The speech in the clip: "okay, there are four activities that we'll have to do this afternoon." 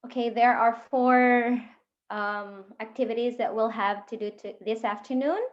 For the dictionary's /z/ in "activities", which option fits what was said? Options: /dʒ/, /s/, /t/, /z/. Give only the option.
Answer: /z/